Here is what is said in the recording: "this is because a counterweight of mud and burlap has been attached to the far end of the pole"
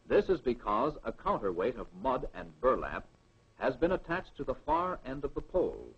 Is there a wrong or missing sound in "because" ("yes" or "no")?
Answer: no